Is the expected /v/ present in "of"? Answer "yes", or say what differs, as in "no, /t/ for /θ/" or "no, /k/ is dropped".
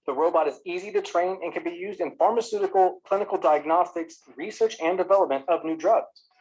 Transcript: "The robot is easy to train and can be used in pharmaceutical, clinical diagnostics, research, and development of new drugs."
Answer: yes